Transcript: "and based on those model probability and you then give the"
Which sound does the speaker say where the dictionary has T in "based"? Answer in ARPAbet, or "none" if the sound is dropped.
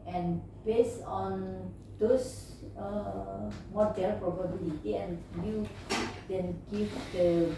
none